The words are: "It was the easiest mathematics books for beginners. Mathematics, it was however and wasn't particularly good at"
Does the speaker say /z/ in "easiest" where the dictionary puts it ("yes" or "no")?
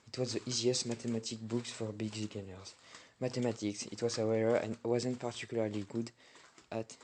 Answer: yes